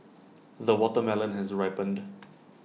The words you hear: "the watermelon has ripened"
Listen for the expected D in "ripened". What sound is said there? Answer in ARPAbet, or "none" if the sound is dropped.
D